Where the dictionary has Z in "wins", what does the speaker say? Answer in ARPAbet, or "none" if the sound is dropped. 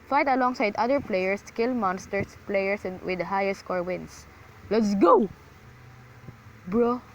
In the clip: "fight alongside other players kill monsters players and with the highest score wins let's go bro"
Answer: S